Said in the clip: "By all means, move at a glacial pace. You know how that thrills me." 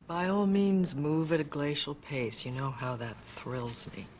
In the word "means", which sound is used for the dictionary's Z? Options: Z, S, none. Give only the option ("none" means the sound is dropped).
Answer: Z